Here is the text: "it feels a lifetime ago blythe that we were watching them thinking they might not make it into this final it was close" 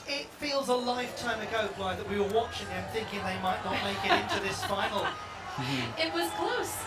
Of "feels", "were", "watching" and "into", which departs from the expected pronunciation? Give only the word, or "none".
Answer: none